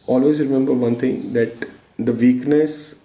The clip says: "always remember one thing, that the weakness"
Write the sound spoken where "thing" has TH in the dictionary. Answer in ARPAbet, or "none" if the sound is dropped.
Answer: T